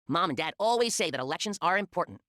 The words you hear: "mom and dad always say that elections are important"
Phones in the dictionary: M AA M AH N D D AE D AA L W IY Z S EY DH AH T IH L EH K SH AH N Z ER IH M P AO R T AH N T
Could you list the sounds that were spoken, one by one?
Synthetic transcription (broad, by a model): M AA M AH N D D AE D AA L W IY Z S EY DH AH T IH L EH K SH AH N Z ER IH M P AO R T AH N T